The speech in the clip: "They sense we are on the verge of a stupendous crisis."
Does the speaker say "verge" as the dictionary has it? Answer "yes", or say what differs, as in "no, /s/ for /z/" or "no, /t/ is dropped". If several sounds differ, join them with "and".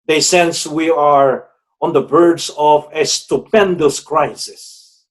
no, /b/ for /v/